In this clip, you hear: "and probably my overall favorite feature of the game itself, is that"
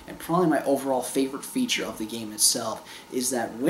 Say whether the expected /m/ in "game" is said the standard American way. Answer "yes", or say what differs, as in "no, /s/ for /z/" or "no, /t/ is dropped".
yes